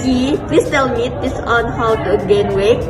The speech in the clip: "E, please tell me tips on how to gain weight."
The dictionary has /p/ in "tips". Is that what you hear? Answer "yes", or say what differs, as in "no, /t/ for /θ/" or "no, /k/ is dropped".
no, /p/ is dropped